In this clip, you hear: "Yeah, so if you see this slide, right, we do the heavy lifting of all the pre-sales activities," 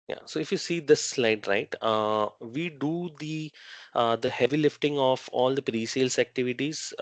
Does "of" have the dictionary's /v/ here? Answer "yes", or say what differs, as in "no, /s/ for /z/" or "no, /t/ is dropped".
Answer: no, /f/ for /v/